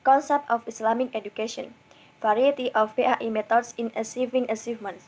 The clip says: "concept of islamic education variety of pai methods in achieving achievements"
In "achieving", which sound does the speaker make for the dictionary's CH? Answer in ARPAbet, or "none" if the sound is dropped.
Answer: S